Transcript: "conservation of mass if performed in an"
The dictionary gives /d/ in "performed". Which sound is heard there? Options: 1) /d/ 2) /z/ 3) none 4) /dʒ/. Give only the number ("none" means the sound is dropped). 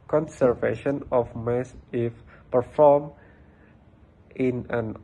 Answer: 3